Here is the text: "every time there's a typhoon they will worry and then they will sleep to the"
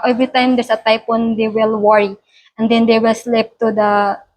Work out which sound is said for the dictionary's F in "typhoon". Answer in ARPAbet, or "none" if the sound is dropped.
P